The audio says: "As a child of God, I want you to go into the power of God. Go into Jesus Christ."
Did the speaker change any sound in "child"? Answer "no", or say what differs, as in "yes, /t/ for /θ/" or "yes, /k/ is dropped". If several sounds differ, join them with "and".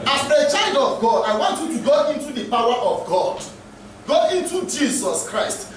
no